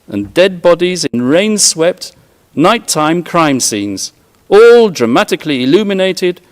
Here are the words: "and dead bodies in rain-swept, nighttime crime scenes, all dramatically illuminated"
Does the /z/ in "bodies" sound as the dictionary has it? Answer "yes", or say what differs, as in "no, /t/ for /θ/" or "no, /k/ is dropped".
yes